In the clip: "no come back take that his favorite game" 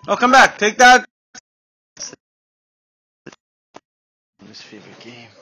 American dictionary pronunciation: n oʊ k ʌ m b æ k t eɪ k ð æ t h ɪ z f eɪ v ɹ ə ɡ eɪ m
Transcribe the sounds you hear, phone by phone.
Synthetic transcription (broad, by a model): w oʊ k ʌ m b æ k t eɪ k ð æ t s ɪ s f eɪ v ə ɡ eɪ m